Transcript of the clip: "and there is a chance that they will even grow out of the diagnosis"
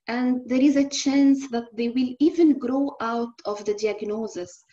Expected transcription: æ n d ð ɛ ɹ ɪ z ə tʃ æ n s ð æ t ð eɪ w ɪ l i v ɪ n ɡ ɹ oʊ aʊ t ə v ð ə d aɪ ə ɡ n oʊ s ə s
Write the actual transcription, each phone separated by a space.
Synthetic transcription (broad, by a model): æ n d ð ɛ ɹ ɪ z ə tʃ æ n s ð æ t ð eɪ w ɪ l i v ɪ n ɡ ɹ oʊ aʊ t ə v ð ə d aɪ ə ɡ n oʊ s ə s